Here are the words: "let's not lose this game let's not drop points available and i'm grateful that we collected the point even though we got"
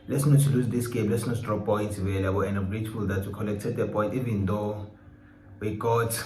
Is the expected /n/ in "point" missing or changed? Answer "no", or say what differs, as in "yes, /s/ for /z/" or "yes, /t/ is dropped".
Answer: yes, /n/ is dropped